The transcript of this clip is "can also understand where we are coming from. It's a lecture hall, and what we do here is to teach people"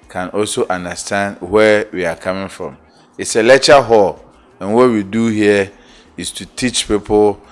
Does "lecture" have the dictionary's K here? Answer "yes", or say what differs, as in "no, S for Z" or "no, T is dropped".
no, K is dropped